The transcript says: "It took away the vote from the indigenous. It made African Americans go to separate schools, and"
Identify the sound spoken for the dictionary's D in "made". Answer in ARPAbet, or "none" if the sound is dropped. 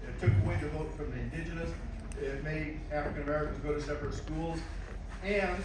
none